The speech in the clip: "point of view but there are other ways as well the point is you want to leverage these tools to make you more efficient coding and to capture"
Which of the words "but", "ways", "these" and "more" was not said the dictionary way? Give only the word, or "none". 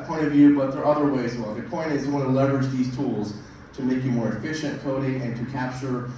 ways